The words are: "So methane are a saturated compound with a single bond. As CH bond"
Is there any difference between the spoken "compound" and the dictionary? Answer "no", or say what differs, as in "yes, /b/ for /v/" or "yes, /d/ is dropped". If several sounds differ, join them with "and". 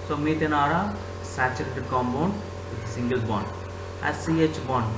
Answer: yes, /b/ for /p/